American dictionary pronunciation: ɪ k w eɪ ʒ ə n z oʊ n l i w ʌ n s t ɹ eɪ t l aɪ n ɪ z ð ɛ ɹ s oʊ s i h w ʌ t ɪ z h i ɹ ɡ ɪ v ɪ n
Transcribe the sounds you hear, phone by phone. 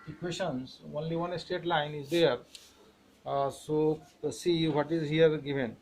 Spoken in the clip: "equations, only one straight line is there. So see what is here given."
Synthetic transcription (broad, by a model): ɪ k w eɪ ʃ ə n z oʊ n l i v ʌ n s t eɪ t l aɪ n ɪ z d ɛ ɹ s oʊ s i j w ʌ t ɪ z h i ɹ ɡ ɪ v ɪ n